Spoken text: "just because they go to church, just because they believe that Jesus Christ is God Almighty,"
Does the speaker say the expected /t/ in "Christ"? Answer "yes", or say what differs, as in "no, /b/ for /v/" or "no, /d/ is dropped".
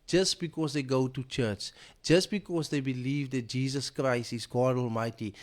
yes